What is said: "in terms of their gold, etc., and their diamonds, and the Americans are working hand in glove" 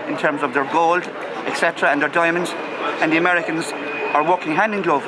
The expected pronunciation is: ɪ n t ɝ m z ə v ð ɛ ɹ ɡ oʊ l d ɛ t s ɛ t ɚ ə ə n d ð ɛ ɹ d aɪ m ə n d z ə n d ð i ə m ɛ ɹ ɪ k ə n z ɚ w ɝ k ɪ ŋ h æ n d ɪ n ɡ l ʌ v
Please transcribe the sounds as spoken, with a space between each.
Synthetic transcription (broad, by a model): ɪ n t ɝ m z ə v ð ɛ ɹ ɡ oʊ l d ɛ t s ɛ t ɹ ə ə n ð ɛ ɹ d aɪ m ə n d z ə n ð i ə m ɛ ɹ ɪ k ə n z ɚ w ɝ k ɪ ŋ h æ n d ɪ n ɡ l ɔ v